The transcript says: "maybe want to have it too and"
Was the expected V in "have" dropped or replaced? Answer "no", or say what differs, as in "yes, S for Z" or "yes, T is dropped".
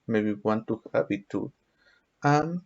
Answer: yes, P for V